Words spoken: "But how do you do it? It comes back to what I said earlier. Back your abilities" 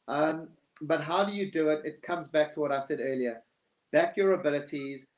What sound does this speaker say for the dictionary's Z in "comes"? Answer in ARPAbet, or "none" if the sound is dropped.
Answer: Z